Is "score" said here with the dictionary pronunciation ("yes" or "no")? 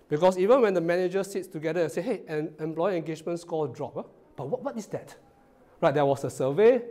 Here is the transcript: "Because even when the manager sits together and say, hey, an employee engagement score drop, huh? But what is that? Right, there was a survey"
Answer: no